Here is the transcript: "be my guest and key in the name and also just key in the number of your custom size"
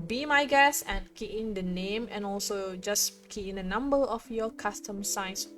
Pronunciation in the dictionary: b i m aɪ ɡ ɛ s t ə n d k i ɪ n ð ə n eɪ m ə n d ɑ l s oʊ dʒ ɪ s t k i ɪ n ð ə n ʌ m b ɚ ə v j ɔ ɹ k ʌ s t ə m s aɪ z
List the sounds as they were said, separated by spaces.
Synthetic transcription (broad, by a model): b i m aɪ ɡ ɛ s ə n k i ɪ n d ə n eɪ m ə n ɑ l s oʊ dʒ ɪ s k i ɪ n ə n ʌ m b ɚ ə f j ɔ k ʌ s t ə m s aɪ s